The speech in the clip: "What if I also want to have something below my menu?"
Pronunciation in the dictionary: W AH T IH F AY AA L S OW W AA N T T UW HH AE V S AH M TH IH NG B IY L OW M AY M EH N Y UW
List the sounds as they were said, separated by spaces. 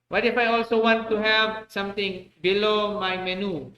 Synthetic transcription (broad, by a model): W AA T IH F AY AA L S OW W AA N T T UW HH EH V S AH M T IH NG B IY L OW M AY M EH N UW